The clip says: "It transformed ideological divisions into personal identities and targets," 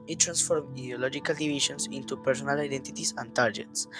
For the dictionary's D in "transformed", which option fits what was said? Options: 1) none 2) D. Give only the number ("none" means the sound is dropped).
1